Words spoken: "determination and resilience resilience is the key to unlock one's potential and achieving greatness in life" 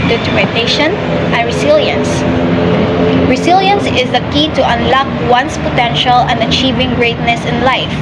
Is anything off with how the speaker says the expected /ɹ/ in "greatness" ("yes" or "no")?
no